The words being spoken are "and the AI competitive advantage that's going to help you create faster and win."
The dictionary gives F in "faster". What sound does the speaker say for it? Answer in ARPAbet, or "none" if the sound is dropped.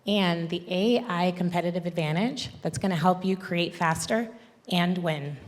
F